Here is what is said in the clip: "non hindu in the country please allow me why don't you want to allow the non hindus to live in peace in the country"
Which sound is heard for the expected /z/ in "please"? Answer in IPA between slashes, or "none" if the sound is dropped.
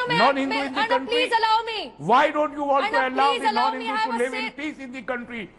none